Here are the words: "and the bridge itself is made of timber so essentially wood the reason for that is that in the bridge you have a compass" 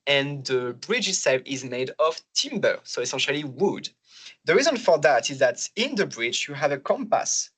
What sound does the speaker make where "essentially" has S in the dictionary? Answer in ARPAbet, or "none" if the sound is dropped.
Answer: S